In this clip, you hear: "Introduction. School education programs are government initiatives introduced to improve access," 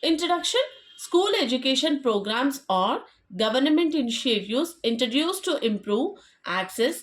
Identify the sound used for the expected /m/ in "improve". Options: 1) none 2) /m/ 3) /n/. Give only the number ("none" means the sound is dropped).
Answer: 2